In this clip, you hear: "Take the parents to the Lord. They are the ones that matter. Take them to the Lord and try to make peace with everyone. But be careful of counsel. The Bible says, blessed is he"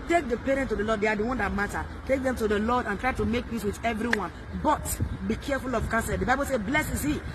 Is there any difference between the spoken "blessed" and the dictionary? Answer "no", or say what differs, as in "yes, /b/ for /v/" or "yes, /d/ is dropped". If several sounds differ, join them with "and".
yes, /t/ is dropped